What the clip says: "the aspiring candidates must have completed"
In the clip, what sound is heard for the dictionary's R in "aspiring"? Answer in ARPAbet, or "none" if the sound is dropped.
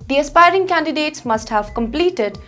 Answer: R